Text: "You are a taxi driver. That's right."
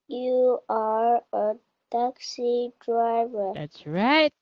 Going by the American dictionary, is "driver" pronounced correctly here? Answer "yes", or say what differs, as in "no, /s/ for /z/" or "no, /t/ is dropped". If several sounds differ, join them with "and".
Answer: yes